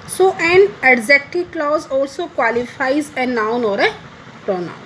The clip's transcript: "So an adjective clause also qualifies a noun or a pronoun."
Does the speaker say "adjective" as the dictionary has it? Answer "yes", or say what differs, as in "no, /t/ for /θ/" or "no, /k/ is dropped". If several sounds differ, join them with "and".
no, /z/ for /dʒ/